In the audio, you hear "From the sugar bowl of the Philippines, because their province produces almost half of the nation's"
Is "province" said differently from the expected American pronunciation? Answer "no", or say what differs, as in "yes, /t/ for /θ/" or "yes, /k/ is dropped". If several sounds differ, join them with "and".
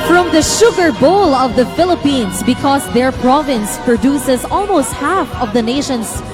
no